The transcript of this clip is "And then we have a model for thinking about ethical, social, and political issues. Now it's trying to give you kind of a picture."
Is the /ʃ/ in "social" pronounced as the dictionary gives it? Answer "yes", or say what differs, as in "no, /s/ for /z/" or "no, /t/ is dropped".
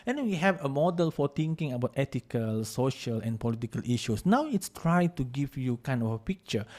yes